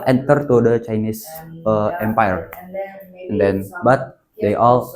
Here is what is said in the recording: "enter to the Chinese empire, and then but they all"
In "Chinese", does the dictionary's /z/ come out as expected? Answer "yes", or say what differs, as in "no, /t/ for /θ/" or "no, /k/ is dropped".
no, /s/ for /z/